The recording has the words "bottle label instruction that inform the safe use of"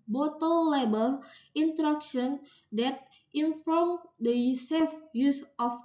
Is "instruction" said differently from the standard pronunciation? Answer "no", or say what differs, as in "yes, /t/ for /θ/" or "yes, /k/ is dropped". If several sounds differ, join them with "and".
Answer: yes, /s/ is dropped